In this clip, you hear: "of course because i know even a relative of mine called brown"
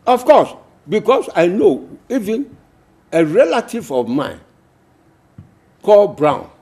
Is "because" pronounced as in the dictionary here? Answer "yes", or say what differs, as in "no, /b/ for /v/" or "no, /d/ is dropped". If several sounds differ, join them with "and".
no, /s/ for /z/